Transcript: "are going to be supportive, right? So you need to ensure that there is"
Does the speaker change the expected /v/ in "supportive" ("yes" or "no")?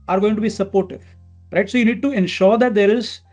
yes